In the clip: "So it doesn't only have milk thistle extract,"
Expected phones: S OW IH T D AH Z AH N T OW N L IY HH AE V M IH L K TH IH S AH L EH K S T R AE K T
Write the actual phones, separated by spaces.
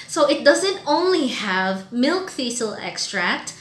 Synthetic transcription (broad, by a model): S OW IH T D AH Z AH N T OW N L IY HH AE V M IH L K F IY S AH L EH K S T R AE K T